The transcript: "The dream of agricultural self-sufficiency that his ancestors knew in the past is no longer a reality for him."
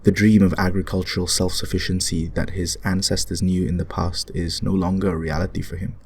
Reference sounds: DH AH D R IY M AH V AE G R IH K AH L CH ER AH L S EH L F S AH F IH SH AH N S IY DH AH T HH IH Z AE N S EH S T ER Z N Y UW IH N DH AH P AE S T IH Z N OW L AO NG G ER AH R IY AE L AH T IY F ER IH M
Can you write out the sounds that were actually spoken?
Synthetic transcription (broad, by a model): DH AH D R IY M AH V AE G R IH K AH L CH ER AH L S EH L F S AH F IH SH AH N S IY DH AH T HH IH Z AE N S EH S T ER Z N Y UW IH N DH AH P AE S T IH Z N OW L AO NG G ER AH R IY AE L AH T IY F ER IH M